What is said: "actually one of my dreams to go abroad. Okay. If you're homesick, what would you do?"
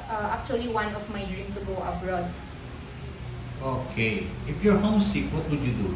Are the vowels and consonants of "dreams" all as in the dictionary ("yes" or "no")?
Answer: no